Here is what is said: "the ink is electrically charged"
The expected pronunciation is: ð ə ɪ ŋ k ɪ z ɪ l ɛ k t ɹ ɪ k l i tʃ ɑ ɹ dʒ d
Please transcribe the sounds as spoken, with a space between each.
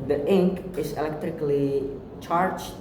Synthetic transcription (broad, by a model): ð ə ɪ ŋ k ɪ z ɪ l ɛ k t ɹ ɪ k l i tʃ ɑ ɹ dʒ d